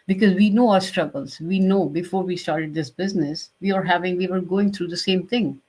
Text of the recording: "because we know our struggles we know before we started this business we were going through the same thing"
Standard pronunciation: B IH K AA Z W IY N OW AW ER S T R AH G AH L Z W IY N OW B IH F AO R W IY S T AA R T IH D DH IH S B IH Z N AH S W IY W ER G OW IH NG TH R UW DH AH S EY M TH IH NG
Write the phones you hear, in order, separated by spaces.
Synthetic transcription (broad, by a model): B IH K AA Z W IY N OW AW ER S T R AH G AH L Z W IY N OW B IH F AO R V IY S T AA R T IH D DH IH S B IH Z N AH S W IY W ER G OW IH NG T R UW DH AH S EY M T IH NG